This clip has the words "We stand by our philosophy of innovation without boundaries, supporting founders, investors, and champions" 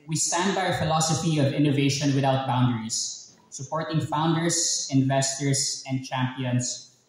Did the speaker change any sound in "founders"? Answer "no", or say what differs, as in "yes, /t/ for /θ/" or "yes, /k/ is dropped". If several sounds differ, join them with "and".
yes, /s/ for /z/